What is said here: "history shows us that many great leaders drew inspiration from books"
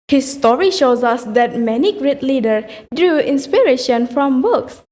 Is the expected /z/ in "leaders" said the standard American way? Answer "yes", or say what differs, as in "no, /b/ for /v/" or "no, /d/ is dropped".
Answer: no, /z/ is dropped